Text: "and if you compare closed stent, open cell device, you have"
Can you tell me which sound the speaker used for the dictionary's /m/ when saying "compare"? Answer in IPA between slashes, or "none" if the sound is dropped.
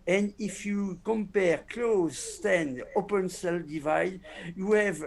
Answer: /m/